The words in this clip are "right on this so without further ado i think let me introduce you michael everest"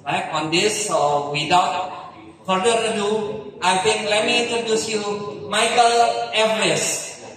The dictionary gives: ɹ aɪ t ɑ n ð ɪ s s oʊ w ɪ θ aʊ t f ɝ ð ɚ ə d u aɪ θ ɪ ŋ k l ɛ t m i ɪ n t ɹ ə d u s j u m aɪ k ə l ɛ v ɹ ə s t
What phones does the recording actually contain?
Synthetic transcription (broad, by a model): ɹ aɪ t ɑ n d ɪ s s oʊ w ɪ t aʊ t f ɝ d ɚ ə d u aɪ t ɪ ŋ k l ɛ t m i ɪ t ə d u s j u m aɪ k ə l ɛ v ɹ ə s